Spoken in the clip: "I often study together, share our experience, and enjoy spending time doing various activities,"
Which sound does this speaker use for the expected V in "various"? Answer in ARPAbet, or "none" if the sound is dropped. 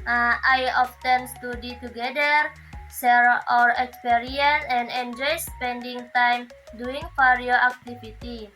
F